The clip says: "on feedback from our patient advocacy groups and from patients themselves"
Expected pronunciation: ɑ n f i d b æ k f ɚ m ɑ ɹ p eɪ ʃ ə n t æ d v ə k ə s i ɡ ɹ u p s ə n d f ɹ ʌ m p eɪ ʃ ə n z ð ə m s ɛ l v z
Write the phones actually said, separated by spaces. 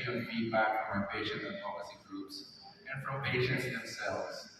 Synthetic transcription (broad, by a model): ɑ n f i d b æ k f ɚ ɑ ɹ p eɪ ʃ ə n æ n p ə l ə s i ɡ ɹ u p s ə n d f ɹ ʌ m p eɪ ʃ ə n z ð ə m s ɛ l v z